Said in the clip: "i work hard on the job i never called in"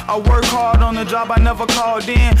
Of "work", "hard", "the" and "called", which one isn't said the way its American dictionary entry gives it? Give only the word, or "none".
hard